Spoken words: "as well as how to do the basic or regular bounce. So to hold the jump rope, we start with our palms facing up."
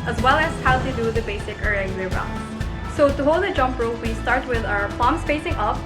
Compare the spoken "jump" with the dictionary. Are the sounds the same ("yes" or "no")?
yes